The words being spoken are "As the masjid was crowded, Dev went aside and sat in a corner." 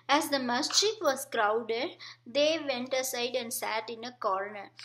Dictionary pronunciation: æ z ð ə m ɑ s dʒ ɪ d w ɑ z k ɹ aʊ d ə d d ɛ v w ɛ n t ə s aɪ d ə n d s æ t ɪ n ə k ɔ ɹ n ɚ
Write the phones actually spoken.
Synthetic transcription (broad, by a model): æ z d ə m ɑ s tʃ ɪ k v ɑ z k ɹ aʊ d ə d d ɛ v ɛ n t ə s aɪ d ə n d s æ t ɪ n ə k ɔ ɹ n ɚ